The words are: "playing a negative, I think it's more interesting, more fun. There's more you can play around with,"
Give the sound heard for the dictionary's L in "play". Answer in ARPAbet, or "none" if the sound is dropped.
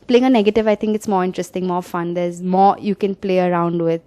L